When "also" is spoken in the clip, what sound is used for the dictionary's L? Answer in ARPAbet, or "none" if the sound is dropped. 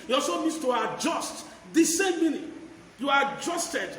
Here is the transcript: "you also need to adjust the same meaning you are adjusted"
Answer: none